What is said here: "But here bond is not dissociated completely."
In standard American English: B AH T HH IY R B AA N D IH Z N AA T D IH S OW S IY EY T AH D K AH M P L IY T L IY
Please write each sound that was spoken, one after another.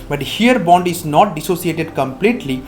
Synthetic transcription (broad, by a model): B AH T HH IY R B AA N D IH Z N AA T D IH S OW S IY EY T AH D K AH M P L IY T L IY